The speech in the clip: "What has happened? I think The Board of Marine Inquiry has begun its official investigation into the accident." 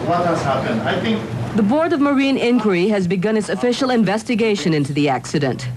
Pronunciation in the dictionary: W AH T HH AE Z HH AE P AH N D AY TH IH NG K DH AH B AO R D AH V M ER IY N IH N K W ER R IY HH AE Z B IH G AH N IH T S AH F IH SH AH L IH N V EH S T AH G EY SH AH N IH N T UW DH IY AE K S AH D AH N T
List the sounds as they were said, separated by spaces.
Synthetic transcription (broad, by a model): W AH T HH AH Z HH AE P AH N AY TH IH NG K DH AH B AO R D AH V M ER IY N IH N K W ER R IY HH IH Z B IH G AH N IH T S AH F IH SH L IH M V EH S T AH G EY SH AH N IH N T UW DH IY AE K S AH D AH N T